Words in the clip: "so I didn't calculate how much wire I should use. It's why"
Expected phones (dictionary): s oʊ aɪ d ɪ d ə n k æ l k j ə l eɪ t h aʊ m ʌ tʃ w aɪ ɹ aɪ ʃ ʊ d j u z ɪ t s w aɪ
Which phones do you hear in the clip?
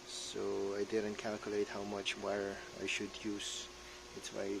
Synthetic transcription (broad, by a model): s oʊ aɪ d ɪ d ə n k æ l k j ə l eɪ t h aʊ m ʌ tʃ w aɪ ɹ aɪ ʃ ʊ d j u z ɪ t s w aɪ